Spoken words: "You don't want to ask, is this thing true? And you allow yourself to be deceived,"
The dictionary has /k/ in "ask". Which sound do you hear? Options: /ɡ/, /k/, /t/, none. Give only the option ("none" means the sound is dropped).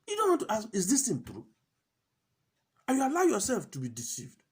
none